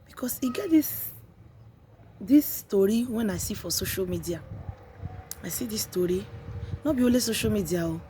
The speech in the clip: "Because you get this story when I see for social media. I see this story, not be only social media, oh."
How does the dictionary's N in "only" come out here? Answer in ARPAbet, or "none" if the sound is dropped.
none